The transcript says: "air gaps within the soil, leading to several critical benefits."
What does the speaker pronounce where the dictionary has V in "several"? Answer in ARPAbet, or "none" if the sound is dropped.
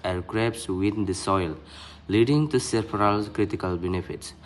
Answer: P